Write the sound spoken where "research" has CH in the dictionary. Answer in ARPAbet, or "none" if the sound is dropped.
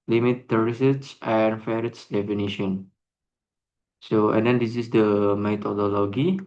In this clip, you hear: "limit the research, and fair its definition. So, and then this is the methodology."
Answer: S